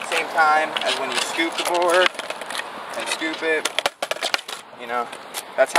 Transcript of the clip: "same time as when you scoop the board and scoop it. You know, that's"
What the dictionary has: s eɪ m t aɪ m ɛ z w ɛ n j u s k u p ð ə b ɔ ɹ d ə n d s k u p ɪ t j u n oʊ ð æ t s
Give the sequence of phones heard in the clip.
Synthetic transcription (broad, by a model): s eɪ m t aɪ m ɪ z w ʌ n j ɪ s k u p ð ə b ɔ ɹ d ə n s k u p ɪ t j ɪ n oʊ ð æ t s